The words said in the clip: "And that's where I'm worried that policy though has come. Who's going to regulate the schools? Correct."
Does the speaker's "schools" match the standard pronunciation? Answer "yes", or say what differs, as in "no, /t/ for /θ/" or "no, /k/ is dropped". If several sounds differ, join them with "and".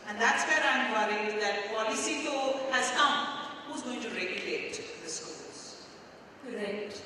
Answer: no, /k/ is dropped